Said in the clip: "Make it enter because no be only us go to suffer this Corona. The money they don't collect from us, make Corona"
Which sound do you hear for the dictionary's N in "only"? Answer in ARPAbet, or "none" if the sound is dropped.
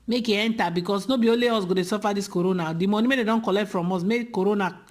none